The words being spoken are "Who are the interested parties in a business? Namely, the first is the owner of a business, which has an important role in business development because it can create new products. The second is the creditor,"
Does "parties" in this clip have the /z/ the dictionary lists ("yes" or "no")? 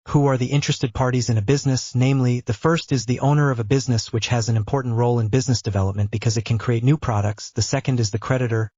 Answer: yes